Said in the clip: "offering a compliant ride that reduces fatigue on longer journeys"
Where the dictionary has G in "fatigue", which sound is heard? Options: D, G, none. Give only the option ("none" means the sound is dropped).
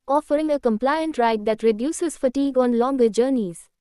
G